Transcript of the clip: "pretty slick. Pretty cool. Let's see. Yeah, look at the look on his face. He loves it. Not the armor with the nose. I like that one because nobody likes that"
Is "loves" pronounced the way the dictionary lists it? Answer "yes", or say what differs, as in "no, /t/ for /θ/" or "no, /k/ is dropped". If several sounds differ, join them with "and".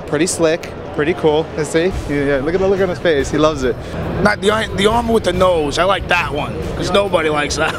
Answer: yes